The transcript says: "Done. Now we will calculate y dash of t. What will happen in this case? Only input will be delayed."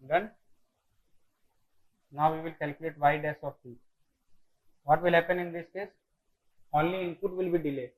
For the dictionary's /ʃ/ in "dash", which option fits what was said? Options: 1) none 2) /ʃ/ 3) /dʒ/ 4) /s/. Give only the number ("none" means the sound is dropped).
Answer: 4